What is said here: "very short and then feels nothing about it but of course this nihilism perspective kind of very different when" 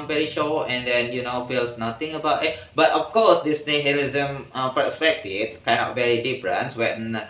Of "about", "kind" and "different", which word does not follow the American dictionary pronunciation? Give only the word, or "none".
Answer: different